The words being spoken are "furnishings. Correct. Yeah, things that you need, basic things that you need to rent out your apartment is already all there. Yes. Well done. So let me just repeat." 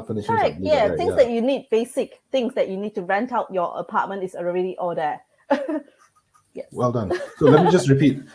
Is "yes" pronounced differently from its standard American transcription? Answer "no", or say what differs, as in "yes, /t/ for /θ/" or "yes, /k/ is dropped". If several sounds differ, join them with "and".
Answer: yes, /s/ is dropped